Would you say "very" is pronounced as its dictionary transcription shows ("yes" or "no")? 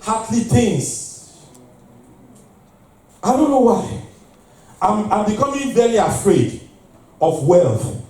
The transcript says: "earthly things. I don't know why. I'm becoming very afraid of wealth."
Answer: no